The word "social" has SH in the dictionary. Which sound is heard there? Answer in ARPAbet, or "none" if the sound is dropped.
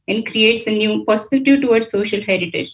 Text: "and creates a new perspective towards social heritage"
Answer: SH